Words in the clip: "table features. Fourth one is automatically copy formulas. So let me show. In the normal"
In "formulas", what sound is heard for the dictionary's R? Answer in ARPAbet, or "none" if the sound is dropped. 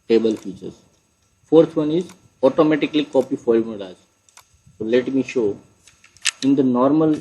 L